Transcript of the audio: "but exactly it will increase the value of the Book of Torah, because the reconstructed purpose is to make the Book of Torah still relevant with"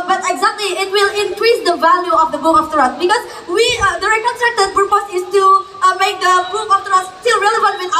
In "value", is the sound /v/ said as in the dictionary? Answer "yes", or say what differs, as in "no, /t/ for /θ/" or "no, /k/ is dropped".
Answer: yes